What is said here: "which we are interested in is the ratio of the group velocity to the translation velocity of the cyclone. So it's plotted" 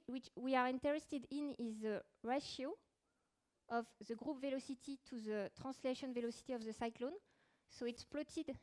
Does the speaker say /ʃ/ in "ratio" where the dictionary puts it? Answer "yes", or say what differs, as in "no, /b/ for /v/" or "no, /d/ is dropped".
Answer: yes